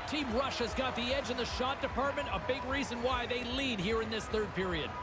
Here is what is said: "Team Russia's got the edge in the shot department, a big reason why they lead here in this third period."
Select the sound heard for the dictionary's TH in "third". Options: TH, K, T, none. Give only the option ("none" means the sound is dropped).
TH